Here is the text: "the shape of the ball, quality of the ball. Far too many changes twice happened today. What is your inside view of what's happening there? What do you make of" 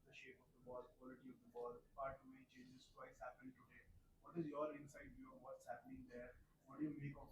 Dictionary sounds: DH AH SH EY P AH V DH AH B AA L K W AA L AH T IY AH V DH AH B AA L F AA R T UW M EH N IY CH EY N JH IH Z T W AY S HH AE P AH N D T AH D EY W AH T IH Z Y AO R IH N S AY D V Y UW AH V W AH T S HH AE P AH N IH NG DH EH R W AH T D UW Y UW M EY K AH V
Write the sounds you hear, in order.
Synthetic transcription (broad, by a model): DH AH SH EY P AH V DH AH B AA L K W AA L AH T IY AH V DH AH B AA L P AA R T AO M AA IY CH EY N JH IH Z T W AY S HH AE P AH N T AH D EY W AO T IH Z Y AO R IH N S AY D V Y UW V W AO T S HH AE P AH N IH NG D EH R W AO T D Y UW M EY K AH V